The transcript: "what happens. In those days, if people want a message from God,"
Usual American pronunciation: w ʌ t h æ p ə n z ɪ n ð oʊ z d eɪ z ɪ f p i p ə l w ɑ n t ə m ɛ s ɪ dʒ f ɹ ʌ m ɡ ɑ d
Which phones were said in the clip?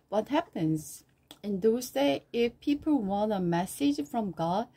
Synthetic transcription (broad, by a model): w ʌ t h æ p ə n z ɪ n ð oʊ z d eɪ ɪ f p i p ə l w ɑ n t ə m ɛ s ɪ dʒ f ɹ ʌ m ɡ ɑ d